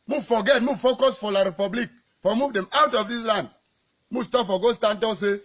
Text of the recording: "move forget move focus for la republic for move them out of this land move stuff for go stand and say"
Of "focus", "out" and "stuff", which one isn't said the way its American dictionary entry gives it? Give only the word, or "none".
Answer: stuff